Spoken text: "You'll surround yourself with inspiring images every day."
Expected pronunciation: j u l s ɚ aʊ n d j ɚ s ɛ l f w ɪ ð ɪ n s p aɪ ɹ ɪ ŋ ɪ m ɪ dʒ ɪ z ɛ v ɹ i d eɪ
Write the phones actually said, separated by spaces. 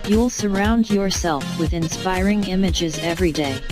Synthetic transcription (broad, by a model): j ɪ l s ɚ aʊ n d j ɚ s ɛ l f w ɪ ð ɪ n s p aɪ ɹ ɪ ŋ ɪ m ɪ dʒ ɪ z ɛ v ɹ i d eɪ